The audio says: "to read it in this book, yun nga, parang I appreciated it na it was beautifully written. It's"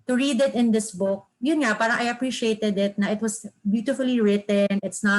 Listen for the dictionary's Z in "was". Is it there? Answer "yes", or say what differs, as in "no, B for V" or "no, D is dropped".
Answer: no, S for Z